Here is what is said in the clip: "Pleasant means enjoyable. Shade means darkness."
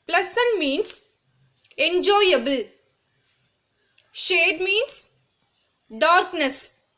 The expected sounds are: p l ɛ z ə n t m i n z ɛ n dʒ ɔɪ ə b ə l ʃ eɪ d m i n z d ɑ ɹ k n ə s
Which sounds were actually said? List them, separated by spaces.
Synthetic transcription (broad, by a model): p l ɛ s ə n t m i n s ɛ n dʒ ɔɪ ə b ə l ʃ eɪ d m i n s d ɑ ɹ k n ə s